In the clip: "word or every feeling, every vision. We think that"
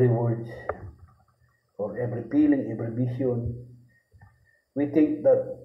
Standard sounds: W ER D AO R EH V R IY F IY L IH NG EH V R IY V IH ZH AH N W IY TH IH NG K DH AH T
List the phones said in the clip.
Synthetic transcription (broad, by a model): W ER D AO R EH V R IY P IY L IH NG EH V R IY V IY SH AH N W IY T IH NG K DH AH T